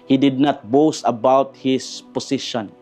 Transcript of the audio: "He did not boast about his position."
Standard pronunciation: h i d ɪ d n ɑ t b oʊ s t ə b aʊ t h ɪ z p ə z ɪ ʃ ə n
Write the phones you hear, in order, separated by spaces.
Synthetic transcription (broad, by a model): h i d ɪ d n ɑ t b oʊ s ə b aʊ t h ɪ s p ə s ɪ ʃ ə n